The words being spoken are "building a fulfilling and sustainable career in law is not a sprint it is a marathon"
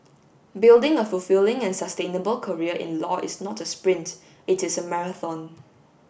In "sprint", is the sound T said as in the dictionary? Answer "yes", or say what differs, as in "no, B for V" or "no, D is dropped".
yes